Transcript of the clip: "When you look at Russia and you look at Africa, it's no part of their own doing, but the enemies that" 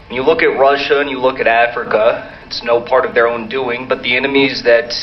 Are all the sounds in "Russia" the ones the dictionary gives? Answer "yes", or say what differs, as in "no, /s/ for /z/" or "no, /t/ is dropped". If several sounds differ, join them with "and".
yes